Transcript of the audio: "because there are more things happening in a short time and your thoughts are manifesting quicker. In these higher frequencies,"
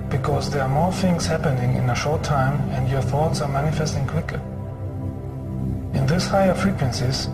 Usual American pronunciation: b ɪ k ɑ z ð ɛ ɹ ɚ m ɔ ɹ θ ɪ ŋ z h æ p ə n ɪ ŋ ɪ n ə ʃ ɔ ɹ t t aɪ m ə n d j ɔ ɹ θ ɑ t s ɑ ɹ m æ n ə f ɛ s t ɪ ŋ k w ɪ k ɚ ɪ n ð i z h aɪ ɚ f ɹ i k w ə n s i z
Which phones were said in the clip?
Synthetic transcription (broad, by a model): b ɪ k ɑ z ð ɛ ɹ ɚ m ɔ ɹ θ ɪ ŋ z h æ p ə n ɪ ŋ ɪ n ə ʃ ɔ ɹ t t aɪ m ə n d j ɔ ɹ θ ɑ t s ɑ ɹ m æ n ə f ɛ s t ɪ ŋ k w ɪ k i ɪ n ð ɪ s h aɪ ɚ f ɹ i k w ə n s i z